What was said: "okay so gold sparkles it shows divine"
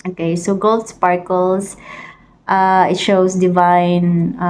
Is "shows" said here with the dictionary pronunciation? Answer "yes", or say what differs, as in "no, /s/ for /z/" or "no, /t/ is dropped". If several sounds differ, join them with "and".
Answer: no, /s/ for /z/